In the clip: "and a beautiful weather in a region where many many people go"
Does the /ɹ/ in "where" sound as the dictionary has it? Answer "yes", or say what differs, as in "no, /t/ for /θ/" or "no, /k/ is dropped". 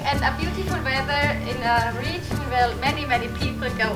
no, /l/ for /ɹ/